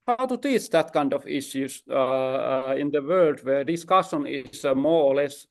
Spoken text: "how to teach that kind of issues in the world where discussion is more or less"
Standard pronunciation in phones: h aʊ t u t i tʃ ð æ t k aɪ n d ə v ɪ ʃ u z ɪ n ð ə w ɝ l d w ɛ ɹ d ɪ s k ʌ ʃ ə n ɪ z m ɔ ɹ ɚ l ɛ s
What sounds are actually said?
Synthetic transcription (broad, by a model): h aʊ t u t i tʃ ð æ t k aɪ n d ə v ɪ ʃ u s ɪ n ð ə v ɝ l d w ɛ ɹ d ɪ s k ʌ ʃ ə n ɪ s m ɔ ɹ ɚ l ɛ s